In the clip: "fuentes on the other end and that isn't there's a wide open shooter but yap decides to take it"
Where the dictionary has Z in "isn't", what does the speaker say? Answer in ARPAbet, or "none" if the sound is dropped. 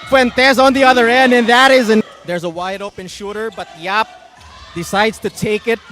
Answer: Z